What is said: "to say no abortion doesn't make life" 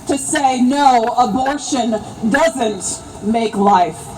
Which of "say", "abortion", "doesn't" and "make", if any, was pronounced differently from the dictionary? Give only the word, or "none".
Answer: none